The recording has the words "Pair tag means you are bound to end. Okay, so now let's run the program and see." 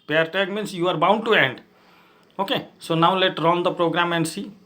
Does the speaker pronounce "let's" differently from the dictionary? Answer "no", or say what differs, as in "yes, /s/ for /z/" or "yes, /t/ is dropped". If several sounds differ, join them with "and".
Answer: yes, /s/ is dropped